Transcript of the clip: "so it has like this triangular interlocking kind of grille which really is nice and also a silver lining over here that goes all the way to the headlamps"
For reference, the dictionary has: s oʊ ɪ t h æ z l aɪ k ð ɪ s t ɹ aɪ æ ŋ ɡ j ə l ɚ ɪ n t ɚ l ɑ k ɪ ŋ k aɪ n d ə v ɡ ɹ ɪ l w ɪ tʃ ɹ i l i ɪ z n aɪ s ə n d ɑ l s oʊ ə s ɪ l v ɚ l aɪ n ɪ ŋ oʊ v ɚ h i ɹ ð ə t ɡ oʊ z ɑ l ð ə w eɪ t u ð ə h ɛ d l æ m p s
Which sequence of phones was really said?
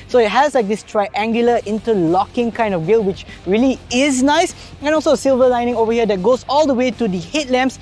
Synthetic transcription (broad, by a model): s oʊ ɪ t h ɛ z l aɪ k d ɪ s t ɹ aɪ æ ŋ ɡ j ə l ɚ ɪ n t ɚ l ɑ k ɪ ŋ k aɪ n d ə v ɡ ɪ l w ɪ tʃ ɹ i l i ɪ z n aɪ s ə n ɑ l s oʊ ə s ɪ l v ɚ l aɪ n ɪ ŋ oʊ v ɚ h i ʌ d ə t ɡ oʊ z ɑ l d ə w eɪ t u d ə h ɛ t l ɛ m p s